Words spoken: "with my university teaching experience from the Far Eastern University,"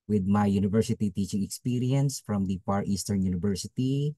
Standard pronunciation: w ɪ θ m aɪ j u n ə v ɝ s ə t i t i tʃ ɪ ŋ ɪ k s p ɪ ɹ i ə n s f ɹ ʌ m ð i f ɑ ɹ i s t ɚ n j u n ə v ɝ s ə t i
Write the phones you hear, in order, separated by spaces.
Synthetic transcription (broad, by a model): w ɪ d m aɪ j u n ə v ɝ s ə t i t i tʃ ɪ ŋ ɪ k s p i ɹ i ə n s f ɹ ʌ m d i p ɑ ɹ i s t ɚ n j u n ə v ɝ s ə t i